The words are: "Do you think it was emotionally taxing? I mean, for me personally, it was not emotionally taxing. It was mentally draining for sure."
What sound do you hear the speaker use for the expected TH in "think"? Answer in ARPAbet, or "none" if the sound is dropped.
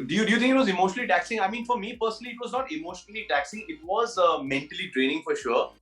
T